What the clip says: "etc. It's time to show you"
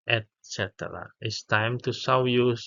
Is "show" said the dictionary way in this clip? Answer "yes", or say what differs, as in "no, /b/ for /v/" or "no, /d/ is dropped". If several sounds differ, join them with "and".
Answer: no, /s/ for /ʃ/